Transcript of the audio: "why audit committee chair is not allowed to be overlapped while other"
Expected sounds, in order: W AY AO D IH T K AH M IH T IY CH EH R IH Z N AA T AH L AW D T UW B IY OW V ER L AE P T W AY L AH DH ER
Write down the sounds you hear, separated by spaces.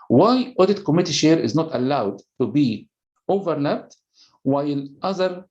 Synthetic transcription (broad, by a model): W AY AO D IH T K AH M IH T IY SH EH R IH Z N AA T AH L AW D T UW B IY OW V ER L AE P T W AY L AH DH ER